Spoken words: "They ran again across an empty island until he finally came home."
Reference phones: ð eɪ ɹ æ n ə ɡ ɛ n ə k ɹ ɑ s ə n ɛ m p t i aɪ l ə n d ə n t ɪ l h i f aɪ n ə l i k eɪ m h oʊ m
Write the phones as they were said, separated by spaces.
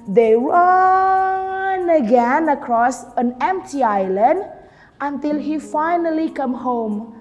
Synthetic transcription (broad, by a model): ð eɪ w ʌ n ə ɡ ɛ n ə k ɹ ɑ s ə n ɛ m p t i aɪ l ə n d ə n t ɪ l h i f aɪ n ə l i k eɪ m h oʊ m